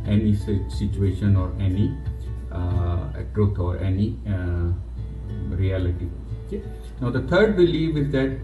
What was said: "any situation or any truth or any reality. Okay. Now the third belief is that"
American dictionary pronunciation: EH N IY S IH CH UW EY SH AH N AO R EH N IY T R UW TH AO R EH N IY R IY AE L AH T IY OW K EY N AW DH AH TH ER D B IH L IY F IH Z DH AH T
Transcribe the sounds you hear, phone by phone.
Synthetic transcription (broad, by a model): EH N IY S IH CH UW EY SH AH N AO R EH N IY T R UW T AO R EH N IY R IY AE L AH T IY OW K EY N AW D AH T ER D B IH L IY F IH Z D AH T